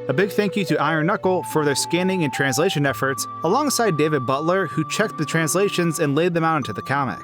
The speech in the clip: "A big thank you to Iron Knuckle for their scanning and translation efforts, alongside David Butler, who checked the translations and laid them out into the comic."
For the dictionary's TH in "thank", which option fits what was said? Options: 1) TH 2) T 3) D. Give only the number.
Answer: 1